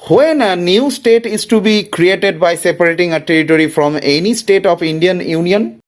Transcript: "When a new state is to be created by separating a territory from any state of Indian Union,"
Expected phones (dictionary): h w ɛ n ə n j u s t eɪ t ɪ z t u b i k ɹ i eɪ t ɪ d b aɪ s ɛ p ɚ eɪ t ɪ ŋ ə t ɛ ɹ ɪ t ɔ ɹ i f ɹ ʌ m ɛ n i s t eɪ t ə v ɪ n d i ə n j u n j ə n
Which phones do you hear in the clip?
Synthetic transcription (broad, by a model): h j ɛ n ə n j u s t eɪ t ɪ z t u b i k ɹ i eɪ t ɪ d b aɪ s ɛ p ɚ eɪ t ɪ ŋ ə t ɛ ɹ ɪ t ɔ ɹ i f ɹ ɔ m ɛ n i s t eɪ t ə p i n d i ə n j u n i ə n